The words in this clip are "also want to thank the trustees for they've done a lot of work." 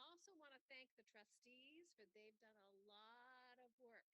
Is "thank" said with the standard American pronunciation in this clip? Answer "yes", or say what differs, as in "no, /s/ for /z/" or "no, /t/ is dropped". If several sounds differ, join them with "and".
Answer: yes